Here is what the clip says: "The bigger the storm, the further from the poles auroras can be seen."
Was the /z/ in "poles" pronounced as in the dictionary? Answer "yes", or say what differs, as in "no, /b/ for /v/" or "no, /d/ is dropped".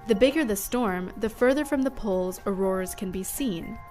yes